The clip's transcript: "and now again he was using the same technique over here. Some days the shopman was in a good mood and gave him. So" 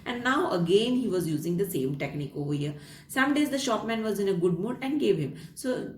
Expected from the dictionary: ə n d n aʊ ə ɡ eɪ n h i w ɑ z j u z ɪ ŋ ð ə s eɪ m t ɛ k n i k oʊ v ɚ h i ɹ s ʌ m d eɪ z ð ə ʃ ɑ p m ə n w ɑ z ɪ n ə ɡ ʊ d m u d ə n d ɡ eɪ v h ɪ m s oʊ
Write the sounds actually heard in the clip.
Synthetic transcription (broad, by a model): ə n d n aʊ ə ɡ eɪ n h i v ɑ z j u z ɪ ŋ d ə s eɪ m t ɛ k n i k oʊ v ɚ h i ɹ s ʌ m d eɪ z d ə ʃ ɑ p m ə n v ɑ z ɪ n ə ɡ ʊ d m u d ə n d ɡ eɪ v h ɪ m s oʊ